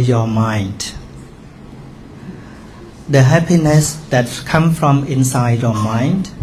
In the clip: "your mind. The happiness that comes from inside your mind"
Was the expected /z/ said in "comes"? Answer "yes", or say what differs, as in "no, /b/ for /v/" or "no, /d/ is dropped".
no, /z/ is dropped